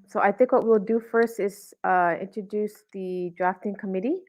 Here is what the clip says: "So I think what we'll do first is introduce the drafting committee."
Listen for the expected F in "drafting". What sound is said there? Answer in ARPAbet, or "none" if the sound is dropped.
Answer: F